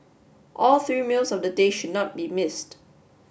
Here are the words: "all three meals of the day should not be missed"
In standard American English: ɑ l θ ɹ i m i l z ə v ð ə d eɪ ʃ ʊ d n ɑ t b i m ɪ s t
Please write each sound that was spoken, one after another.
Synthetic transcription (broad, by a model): ɑ l θ ɹ i m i l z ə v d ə d eɪ ʃ ʊ d n ɑ t b i m ɪ s t